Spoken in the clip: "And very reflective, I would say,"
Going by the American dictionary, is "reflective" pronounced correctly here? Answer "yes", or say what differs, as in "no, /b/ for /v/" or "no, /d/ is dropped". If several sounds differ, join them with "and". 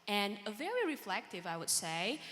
yes